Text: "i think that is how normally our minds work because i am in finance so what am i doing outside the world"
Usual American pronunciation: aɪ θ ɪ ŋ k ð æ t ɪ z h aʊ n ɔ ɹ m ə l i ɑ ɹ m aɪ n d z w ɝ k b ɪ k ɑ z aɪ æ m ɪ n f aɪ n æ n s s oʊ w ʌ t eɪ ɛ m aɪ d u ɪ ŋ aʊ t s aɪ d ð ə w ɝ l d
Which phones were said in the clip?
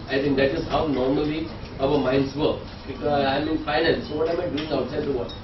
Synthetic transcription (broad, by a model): aɪ t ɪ ŋ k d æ t ɪ z h aʊ n ɔ ɹ m ə l i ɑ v m aɪ n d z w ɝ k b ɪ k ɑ ɪ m ɪ n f aɪ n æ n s s oʊ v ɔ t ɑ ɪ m aɪ d u ɪ ŋ aʊ t s aɪ d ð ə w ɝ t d